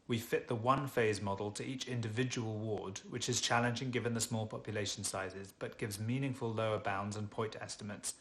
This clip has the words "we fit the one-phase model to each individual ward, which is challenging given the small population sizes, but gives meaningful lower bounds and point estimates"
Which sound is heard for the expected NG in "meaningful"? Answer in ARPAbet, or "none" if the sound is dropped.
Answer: NG